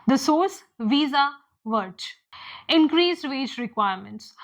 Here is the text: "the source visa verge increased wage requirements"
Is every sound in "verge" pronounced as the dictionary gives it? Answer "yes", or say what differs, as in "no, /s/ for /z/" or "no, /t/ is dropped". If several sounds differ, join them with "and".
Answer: no, /tʃ/ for /dʒ/